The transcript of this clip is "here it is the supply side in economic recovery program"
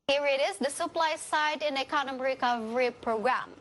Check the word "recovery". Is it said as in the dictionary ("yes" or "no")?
yes